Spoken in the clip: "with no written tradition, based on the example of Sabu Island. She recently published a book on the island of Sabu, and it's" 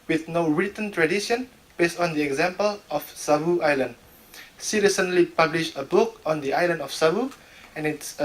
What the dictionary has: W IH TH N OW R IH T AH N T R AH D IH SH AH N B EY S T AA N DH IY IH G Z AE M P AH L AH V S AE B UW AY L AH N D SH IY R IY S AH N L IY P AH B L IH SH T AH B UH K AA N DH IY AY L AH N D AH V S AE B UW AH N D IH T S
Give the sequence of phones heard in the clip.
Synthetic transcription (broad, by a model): W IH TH N OW R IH T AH N T R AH D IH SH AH N B EY S T AA N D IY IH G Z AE M P AH L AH F S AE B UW AY L AH N D S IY R IY S AH N L IY P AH B L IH SH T AH B UH K AA N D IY AY L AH N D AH F S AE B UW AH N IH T S